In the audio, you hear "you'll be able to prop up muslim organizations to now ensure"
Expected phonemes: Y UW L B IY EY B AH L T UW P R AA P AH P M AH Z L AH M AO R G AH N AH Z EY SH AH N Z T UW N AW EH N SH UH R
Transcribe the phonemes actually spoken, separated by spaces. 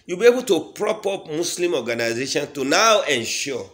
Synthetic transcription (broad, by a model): Y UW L B IY EY B AH L T UW P R AA P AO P M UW S L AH M AO G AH N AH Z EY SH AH N T UW N AW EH N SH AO